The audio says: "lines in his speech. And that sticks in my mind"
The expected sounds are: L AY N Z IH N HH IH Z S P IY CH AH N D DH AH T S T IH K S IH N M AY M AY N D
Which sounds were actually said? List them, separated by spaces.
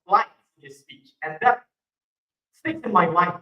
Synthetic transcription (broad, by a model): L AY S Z IH N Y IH S P IY CH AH N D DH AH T S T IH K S IH N M AY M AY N